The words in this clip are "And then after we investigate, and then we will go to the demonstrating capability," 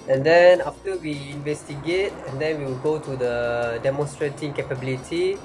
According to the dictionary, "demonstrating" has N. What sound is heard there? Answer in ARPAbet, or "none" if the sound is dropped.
N